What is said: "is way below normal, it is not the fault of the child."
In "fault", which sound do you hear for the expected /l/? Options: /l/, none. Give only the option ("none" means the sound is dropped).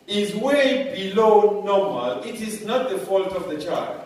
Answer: /l/